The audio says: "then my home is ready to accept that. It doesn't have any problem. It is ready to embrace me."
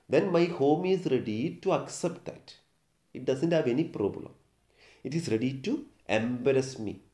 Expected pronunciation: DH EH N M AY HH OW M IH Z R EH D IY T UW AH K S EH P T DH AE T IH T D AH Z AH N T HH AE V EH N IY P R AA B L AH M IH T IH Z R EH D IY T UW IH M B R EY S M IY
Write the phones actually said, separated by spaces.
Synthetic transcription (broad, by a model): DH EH N M AY HH OW M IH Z R EH D IY T UW AH K S EH P T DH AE T IH T D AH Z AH N T HH AE V EH N IY P R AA B L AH M IH T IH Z R EH D IY T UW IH M B R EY S M IY